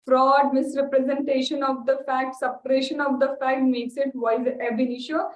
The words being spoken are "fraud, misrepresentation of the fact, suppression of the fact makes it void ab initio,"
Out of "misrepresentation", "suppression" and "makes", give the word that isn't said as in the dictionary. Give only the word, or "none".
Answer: none